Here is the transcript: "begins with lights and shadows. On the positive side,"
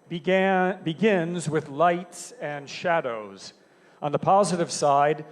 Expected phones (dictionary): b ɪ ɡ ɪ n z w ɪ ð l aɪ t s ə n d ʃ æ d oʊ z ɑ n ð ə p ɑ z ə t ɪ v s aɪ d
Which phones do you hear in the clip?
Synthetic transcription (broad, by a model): b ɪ ɡ ɪ n z w ɪ ð l aɪ t s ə n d ʃ æ d oʊ z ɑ n ð ə p ɑ z ə t ɪ v s aɪ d